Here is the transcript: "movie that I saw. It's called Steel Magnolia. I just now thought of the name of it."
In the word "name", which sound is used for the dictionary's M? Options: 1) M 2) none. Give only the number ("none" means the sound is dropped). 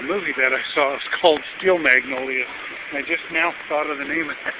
2